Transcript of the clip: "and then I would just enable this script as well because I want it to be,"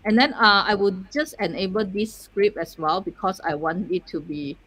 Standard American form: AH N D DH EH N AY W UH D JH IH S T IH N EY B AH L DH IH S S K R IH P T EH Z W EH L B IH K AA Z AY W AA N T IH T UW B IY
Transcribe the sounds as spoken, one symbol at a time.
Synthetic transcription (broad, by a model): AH N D EH N AY W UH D JH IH S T IH N EY B AH L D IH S S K R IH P EH S W EH L B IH K AA S AY W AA N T IH T UW B IY